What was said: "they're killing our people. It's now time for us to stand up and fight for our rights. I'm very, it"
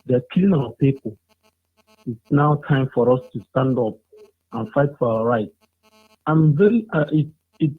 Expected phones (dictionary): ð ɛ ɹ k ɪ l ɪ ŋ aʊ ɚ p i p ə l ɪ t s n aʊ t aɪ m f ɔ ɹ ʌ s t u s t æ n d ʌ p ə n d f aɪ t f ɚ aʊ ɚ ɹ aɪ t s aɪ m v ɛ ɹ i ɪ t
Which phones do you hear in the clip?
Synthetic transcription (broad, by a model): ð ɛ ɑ k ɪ l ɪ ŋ aʊ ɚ p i p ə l ɪ t s n aʊ t aɪ m f ɔ ɹ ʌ s t u s t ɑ n d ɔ p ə n f aɪ t f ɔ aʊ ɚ ɹ aɪ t aɪ m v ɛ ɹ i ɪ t